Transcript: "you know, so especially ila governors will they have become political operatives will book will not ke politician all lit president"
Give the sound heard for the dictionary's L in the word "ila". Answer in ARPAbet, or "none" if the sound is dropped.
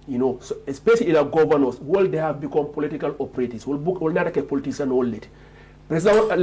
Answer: N